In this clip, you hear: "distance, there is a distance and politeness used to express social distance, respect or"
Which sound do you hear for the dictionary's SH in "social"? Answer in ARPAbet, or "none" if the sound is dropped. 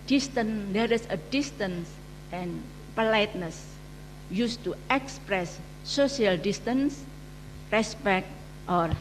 none